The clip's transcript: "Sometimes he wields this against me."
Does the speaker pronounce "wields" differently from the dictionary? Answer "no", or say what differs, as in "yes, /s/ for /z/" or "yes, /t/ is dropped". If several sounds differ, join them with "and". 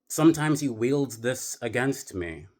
no